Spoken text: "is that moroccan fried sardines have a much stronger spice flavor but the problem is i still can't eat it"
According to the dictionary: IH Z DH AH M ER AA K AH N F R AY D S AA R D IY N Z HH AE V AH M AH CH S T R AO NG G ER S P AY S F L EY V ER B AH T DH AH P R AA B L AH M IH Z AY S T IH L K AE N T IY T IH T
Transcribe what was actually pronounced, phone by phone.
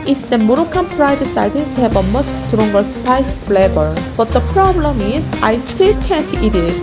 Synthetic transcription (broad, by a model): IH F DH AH M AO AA K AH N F R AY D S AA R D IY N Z HH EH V AH M AH CH S T R AO NG G ER S P AY S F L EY B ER B AH T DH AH P R AA B L AH M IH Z AY S T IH L K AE N T IY T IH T